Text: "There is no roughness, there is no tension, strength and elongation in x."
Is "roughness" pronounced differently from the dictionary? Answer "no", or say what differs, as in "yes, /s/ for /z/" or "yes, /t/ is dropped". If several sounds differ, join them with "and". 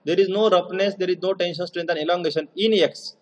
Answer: yes, /p/ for /f/